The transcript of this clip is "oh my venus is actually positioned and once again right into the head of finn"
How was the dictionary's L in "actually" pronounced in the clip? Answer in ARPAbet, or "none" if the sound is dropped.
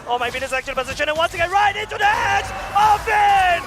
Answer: none